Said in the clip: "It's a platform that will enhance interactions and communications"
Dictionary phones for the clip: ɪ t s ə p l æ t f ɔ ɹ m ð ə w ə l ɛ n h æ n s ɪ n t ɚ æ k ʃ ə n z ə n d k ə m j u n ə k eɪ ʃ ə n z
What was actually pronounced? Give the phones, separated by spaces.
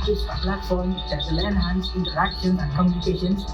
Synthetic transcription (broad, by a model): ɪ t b ə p l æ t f ɔ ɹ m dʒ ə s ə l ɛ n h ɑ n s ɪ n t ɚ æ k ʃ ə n ə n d k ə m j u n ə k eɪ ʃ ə n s